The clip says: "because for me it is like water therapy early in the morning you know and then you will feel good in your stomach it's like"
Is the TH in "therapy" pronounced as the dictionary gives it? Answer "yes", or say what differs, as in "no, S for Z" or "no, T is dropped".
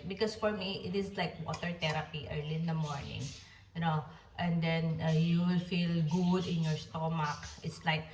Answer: no, T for TH